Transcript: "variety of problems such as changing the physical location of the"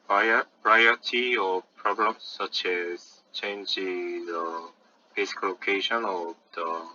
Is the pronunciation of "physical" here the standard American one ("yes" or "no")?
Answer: no